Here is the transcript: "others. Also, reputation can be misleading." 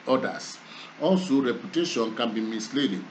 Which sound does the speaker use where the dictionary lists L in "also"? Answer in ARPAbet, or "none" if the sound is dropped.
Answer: N